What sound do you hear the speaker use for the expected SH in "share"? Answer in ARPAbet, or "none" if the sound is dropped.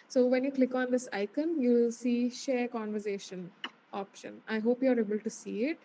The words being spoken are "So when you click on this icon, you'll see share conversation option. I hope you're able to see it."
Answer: SH